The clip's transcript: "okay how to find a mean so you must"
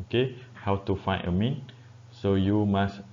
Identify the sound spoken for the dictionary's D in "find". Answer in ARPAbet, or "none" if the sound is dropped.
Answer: none